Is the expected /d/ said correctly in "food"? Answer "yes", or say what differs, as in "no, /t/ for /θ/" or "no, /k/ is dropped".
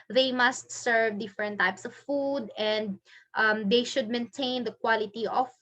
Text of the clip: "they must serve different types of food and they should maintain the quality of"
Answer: yes